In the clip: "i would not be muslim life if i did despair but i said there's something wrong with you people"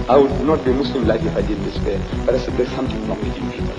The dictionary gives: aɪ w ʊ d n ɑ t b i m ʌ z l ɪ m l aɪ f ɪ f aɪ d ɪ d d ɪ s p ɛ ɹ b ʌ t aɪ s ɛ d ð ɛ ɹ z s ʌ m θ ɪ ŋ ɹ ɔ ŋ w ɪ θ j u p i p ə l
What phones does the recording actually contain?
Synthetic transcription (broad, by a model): aɪ w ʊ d n ɑ t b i m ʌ s l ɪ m l aɪ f ɪ f aɪ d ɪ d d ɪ s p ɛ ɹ b ʌ t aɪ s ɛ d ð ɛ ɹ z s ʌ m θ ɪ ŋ l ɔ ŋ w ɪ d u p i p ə